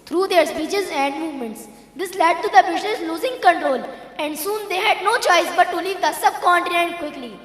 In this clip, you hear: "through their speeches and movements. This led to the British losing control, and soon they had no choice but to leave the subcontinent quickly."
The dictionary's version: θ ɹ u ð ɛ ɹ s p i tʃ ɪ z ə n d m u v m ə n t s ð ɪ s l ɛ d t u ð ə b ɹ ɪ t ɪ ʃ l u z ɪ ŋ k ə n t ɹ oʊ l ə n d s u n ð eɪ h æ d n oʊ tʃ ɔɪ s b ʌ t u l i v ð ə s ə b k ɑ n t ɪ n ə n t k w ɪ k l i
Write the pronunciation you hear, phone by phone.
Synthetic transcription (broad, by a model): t ɹ u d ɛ ɹ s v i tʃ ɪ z ə n d m u v m ə n t s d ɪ s l ɛ d t u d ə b ɪ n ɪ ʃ l u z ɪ ŋ k ə n t ɹ oʊ l ə n d s u n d eɪ h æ d n oʊ tʃ ɔɪ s b ʌ t u l i v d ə s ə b k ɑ n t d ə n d k w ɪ k l i